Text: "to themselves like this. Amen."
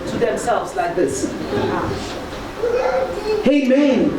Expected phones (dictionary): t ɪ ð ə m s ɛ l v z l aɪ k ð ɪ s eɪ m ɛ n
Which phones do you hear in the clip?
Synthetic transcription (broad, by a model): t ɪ ð ə m s ɛ l v z l aɪ k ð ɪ s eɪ m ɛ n